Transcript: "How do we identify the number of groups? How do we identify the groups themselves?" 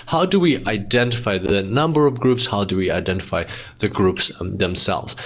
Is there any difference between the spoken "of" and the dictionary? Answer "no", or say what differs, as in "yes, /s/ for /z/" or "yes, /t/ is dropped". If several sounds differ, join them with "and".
no